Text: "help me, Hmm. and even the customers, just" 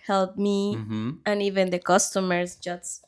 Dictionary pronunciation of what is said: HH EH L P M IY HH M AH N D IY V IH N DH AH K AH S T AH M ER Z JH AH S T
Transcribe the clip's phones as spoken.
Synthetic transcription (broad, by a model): HH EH L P M IY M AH N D IY V IH N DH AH K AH S T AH M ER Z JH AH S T